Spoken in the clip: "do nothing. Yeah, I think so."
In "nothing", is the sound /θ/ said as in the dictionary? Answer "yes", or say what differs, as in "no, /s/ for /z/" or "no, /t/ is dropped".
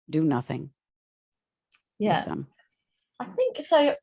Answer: yes